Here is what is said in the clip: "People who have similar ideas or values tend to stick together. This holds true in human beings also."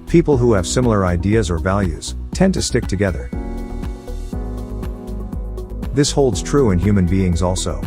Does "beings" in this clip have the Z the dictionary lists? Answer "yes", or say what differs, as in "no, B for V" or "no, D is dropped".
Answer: yes